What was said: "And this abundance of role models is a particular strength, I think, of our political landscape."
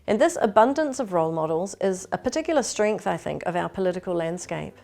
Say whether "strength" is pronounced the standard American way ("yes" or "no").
yes